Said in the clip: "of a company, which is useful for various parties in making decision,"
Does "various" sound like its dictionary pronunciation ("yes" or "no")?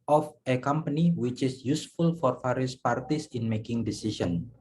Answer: no